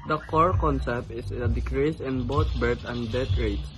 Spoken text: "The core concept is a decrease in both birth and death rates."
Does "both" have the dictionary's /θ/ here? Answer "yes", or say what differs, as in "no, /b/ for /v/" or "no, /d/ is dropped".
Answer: no, /t/ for /θ/